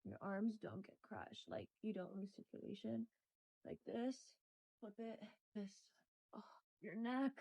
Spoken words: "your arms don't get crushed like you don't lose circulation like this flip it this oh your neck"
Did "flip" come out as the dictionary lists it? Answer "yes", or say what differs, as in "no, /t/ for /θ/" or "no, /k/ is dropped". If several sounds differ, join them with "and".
no, /p/ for /f/